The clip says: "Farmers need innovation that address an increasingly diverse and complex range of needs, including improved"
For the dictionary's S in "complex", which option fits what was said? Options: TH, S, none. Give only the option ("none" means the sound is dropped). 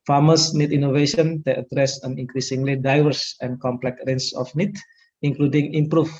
none